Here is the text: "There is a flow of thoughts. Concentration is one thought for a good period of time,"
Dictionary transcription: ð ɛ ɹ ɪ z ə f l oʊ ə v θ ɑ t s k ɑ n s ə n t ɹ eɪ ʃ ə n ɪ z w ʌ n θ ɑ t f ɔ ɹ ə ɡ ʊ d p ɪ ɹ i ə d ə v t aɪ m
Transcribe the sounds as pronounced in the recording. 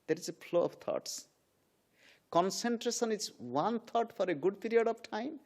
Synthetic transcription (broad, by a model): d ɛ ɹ ɪ z ə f l oʊ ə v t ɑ t s k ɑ n s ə n t ɹ eɪ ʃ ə n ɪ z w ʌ n t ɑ t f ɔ ɹ ə ɡ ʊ d p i ɹ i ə d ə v t aɪ m